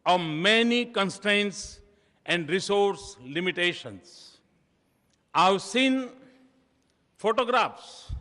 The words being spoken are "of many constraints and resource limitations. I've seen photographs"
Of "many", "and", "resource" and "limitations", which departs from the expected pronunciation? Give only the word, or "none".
limitations